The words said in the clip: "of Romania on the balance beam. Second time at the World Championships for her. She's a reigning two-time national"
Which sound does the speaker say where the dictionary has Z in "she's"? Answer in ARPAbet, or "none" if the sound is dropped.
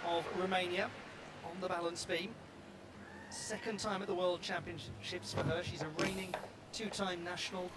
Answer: Z